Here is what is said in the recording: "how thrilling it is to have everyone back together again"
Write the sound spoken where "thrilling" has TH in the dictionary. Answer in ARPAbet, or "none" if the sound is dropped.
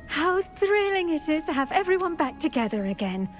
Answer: TH